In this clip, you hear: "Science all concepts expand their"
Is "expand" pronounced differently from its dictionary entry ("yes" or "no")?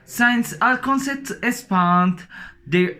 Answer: yes